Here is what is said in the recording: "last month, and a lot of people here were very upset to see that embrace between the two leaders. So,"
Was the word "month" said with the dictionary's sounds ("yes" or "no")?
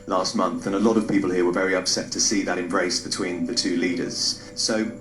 yes